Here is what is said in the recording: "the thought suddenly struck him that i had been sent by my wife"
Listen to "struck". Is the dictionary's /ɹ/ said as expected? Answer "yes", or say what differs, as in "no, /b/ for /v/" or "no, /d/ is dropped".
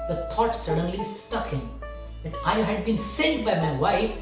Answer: no, /ɹ/ is dropped